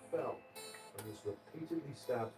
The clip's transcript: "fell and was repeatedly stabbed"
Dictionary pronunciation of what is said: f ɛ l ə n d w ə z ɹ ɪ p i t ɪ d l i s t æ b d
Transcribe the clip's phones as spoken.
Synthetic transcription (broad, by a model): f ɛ l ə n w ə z ɹ ɪ p i t ɪ d l i s t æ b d